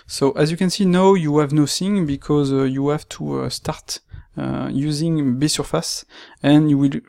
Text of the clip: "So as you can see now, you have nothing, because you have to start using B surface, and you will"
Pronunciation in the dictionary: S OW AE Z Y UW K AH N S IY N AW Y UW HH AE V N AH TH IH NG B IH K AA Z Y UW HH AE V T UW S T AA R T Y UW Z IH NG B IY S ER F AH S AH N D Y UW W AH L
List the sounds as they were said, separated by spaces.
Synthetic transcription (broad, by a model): S OW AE Z Y UW K AH N S IY N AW Y UW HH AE V N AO S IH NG B IH K AA Z Y UW HH AE V T UW S T AA R T Y UW Z IH NG B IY S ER F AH S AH N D Y UW W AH L